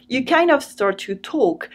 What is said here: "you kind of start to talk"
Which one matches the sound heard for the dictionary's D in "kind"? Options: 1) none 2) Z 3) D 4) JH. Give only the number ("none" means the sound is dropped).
1